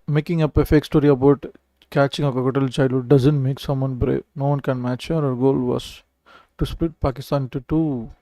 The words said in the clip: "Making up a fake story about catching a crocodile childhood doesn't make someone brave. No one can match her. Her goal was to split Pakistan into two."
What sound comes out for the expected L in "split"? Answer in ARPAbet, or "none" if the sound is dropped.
L